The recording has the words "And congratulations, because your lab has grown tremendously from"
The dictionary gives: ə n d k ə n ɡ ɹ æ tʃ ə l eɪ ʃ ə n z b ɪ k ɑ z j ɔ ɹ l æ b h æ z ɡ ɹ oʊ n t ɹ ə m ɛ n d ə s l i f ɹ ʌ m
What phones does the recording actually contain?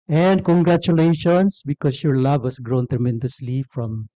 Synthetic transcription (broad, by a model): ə n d k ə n ɡ ɹ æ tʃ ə l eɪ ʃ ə n s b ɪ k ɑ s j ɔ ɹ l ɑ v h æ s ɡ ɹ oʊ n t ɹ ə m ɛ n d ə s l i f ɹ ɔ m